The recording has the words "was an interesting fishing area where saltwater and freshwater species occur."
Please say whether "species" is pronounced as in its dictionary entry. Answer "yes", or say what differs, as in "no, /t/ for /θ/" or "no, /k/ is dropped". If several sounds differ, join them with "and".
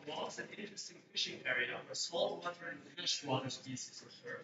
no, /s/ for /ʃ/